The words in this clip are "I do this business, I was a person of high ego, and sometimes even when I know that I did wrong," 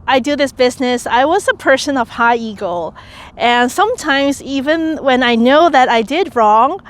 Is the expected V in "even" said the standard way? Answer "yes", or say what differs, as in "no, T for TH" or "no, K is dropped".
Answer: yes